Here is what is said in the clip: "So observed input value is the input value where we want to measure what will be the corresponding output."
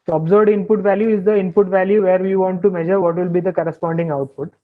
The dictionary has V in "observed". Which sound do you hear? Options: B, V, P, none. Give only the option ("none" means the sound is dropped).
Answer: none